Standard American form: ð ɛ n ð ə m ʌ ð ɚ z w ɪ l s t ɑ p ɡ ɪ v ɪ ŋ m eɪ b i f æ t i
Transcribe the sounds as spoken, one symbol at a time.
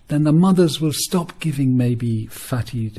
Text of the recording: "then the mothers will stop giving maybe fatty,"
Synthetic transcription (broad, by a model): ð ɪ n ð ə m ʌ ð ɚ z w ɪ l s t ɑ p ɡ ɪ v ɪ ŋ m eɪ b i f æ t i